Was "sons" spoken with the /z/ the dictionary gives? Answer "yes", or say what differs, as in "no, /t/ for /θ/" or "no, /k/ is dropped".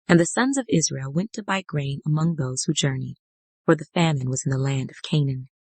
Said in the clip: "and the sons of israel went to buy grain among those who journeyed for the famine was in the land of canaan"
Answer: yes